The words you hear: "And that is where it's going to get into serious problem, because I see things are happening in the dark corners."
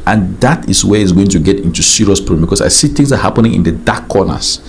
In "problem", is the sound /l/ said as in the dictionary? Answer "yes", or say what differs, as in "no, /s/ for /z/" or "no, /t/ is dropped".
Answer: no, /l/ is dropped